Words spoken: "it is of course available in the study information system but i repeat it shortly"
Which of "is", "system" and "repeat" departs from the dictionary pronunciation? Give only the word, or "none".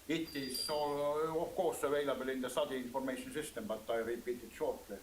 is